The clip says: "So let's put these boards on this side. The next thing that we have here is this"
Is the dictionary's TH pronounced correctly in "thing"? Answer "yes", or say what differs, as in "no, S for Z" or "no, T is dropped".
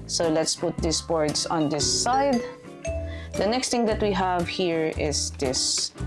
no, T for TH